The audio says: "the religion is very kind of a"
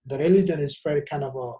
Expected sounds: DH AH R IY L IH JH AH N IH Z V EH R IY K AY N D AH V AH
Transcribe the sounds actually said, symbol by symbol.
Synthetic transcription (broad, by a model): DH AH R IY L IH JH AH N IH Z F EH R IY K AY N AH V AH